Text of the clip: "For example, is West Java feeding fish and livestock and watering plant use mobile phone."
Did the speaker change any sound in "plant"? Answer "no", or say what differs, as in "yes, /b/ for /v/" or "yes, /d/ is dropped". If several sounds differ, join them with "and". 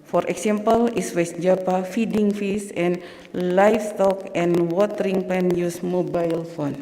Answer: yes, /l/ is dropped